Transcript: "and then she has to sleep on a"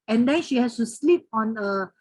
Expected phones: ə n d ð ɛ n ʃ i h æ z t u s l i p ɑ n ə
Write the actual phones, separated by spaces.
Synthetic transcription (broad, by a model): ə n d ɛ n ʃ i h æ s t u s l i p ɑ n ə